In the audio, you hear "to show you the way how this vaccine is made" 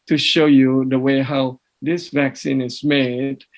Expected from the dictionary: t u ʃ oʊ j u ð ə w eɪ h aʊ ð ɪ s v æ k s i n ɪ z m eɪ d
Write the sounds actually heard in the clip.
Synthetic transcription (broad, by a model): t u ʃ oʊ j u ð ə w eɪ h aʊ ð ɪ s v æ k s i n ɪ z m eɪ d